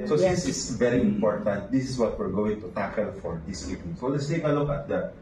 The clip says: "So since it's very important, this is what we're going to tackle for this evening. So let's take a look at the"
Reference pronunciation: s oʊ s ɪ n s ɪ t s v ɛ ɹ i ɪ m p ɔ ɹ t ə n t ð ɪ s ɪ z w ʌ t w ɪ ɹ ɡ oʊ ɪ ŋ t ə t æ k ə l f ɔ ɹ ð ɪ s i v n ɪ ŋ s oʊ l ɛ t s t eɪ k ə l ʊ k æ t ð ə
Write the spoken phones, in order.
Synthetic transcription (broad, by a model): s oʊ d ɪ s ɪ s v ɛ ɹ i ɪ m p ɔ ɹ t ə n t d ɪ s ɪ s w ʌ t w ɪ ɹ ɡ oʊ ɪ ŋ t ə t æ k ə l f ɔ ɹ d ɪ s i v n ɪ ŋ s oʊ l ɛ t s t eɪ k ə l ʊ k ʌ t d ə